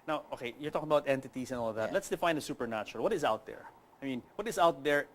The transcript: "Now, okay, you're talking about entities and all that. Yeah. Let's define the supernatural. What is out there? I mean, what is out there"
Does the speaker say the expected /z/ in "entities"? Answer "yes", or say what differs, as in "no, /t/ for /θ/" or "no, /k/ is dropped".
no, /s/ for /z/